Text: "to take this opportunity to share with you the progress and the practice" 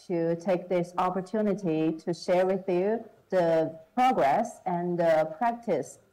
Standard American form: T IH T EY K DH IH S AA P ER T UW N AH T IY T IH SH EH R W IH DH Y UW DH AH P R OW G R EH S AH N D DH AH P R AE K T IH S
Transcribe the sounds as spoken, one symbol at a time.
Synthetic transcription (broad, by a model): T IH T EY K DH IH S AA P ER T UW N AH T IY T IH SH EH R W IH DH Y UW DH AH P R OW G R EH S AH N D DH AH P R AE K T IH S